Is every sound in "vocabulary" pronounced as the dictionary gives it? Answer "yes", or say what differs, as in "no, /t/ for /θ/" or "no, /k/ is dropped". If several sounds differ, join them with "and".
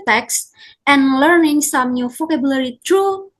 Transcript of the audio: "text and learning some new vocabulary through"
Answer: no, /f/ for /v/